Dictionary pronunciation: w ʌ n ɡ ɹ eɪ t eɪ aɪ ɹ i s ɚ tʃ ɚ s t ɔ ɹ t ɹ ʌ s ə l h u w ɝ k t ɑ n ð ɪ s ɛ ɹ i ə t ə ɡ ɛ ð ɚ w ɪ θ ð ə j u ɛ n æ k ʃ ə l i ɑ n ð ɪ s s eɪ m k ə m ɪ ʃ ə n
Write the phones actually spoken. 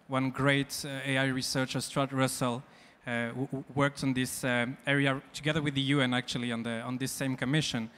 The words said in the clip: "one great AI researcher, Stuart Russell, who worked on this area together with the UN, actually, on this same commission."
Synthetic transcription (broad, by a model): w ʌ n ɡ ɹ eɪ t eɪ aɪ ɹ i s ɚ tʃ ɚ s t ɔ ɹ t ɹ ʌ s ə l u w ɝ k t n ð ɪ s ɛ ɹ i ə t ə ɡ ɛ ð ɚ w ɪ ð ə j u ɛ n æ k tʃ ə l i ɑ n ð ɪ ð s eɪ m k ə m ɪ ʃ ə n